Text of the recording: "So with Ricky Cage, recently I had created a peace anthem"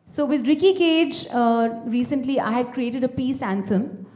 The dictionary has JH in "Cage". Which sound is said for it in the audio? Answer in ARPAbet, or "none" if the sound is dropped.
JH